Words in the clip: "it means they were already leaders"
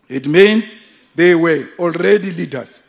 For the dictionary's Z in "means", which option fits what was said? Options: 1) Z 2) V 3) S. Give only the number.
3